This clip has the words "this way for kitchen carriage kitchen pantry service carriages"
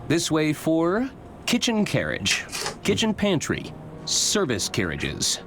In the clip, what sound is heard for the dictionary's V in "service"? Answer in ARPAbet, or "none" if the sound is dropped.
V